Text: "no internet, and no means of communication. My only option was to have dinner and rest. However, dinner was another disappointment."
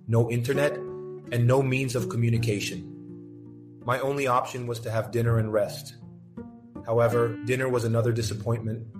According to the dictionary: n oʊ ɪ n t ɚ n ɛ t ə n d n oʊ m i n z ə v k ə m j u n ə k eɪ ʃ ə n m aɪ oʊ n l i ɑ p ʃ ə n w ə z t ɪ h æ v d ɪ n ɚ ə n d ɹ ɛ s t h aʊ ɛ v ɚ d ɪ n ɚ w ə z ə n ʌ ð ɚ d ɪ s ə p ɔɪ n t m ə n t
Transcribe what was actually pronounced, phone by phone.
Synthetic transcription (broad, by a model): n oʊ ɪ n t ɚ n ɛ t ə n n oʊ m i n z ə v k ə m j u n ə k eɪ ʃ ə n m aɪ oʊ n l i ɑ p ʃ ə n w ə z t ɪ v d ɪ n ɚ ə n ɹ ɛ s t h aʊ ɛ v ɚ d ɪ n ɚ w ə z ə n ʌ ð ɚ d ɪ s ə p ɔɪ n m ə n t